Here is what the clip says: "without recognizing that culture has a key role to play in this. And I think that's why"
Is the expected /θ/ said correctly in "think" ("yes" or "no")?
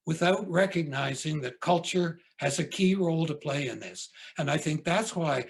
yes